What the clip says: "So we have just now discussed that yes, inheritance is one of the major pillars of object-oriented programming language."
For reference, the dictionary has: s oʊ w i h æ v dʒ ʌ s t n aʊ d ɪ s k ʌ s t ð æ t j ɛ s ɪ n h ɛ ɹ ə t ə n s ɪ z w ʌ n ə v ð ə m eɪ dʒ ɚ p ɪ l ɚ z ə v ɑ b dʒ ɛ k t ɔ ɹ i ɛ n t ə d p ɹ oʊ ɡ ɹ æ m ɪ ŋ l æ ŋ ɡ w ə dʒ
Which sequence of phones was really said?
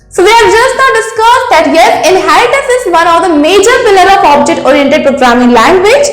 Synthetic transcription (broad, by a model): s oʊ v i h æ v dʒ ʌ s t n aʊ d ɪ s k ʌ s t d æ t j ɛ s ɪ n h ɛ ɹ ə t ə s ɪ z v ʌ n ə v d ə m eɪ dʒ ɚ f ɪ l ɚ ə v ɑ b dʒ ɛ k t ɔ ɹ i ɛ n t ə d p ɹ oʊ ɡ ɹ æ m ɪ ŋ l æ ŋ ɡ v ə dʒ